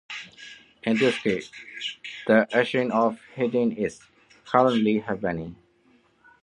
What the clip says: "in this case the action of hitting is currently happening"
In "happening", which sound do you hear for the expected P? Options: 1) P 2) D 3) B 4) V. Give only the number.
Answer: 3